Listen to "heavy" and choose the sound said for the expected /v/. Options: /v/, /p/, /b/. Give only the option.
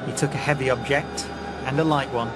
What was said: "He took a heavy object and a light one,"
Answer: /v/